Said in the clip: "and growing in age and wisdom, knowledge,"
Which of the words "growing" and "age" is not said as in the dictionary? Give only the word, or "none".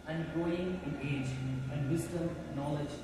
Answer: growing